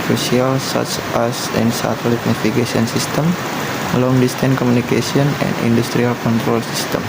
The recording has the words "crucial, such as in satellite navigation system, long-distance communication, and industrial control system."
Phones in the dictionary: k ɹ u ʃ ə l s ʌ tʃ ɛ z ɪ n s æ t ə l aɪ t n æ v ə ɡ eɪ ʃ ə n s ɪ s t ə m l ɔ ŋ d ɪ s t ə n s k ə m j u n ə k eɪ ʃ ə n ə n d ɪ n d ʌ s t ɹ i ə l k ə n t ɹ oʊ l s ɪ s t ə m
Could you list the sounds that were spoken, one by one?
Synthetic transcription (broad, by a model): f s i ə l s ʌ tʃ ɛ s ɪ n s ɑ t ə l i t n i f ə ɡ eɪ s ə n s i s t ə m l ɔ ŋ d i s t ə n k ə m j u n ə k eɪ s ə n ə n d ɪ n d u s t ɹ i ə l k ə n t ɹ oʊ l s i s t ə m